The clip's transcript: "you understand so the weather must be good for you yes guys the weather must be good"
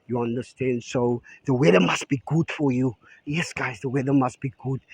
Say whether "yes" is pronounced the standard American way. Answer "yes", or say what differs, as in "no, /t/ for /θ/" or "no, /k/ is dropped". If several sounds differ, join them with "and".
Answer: yes